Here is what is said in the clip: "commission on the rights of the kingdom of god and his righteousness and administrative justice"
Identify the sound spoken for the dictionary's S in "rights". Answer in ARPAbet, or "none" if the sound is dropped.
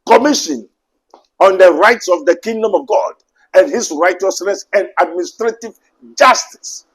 S